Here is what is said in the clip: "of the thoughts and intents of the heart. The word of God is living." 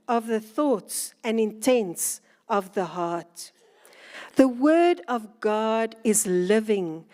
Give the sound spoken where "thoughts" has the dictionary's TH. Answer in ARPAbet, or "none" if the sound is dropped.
TH